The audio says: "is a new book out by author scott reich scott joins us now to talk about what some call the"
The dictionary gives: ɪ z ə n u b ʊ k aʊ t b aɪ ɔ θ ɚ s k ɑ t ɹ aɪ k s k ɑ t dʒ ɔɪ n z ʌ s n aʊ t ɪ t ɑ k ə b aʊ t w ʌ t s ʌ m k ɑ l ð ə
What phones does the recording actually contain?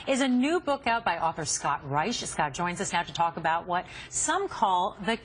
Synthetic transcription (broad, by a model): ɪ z ə n u b ʊ k aʊ t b aɪ ɔ θ ɚ s k ɑ t ɹ aɪ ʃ s k ɑ t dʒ ɔɪ n z ʌ s n aʊ t ɪ t ɑ k ə b aʊ t w ʌ t s ʌ m k ɑ l ð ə